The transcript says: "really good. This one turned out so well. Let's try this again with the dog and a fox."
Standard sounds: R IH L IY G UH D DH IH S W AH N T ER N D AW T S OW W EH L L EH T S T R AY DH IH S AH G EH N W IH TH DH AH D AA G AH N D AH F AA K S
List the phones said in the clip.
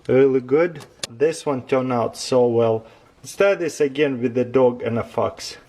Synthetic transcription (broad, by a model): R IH L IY G UH D DH IH S W AH N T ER N AW T S OW W EH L L S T AY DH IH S AH G EH N W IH DH AH D AA G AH N AH F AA K S